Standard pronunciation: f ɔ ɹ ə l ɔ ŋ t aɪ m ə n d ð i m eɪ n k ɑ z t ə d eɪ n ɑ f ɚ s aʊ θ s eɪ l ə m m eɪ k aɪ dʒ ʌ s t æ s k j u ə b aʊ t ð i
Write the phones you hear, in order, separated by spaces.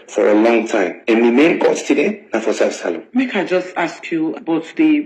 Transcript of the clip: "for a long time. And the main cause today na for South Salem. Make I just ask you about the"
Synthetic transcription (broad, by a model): f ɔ ɹ ə l ɔ ŋ t aɪ m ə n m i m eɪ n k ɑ s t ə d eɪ n ɑ f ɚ s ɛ f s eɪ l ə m m eɪ k aɪ dʒ ʌ s t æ s k j u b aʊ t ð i